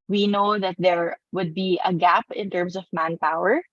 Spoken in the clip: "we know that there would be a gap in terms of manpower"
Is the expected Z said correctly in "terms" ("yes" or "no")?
no